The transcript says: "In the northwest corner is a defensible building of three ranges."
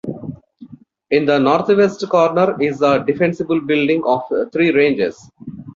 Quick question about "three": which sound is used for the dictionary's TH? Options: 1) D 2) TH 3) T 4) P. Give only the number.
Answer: 3